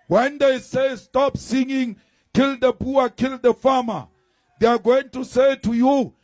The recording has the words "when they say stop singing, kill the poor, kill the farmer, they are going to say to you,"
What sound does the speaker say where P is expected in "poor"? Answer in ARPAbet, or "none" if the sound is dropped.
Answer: B